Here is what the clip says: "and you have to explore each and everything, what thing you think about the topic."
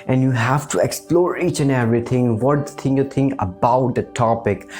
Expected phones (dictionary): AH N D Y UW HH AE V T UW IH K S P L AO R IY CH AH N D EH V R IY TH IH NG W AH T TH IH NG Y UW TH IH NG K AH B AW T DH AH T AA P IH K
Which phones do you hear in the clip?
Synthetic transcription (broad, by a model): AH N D Y UW HH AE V T UW IH K S P L AO R IY CH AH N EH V R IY T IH NG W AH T T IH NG Y UW T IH NG K AH B AW T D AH T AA P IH K